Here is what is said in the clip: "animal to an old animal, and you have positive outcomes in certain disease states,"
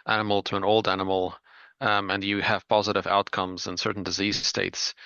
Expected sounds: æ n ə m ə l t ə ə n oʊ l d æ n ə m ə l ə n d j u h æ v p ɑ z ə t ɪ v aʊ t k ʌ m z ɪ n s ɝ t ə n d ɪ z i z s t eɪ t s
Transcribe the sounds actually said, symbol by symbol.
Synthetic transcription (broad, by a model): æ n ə m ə l t ə ə n oʊ l d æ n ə m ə l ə n j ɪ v p ɑ z ə t ɪ v aʊ t k ʌ m z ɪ n s ɝ t n d ɪ z i z s t eɪ t s